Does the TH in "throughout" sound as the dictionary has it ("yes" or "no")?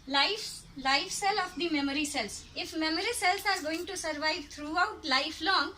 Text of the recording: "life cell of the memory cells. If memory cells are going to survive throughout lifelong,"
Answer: no